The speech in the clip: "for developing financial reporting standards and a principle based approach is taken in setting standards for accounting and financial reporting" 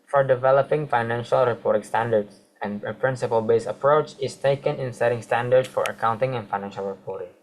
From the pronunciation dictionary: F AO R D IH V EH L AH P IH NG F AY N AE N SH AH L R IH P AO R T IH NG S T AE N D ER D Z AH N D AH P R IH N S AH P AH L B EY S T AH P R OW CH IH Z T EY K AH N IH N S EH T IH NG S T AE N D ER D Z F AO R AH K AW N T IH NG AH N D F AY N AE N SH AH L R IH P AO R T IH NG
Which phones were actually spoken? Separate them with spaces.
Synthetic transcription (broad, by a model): F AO R D IH V EH L AH P IH NG F AY N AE N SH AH L R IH P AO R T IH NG S T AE N D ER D S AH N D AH P R IH N S AH P AH L B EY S AH P R OW CH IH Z T EY K AH N IH N S EH T IH NG S T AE N D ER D S F AO R AH K AW N T IH NG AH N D F AY N AE N SH AH L R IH P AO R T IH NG